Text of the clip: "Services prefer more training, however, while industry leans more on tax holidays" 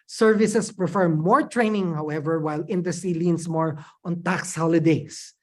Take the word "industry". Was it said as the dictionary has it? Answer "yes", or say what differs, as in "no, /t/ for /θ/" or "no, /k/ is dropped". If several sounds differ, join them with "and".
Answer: no, /ɹ/ is dropped